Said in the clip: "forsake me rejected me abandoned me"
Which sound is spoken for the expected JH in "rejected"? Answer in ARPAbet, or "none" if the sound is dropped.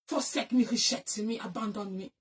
SH